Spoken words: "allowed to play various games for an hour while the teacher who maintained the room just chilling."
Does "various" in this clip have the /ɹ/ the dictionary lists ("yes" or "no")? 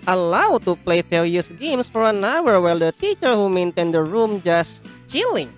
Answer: no